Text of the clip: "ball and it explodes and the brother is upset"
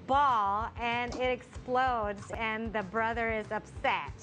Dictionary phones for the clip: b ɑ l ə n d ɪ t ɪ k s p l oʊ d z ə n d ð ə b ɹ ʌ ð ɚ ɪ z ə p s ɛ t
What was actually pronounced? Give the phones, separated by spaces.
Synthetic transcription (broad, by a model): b ɑ l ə n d ɪ t ɪ k s p l oʊ d z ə n ð ə b ɹ ʌ ð ɚ ɪ z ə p s ɛ t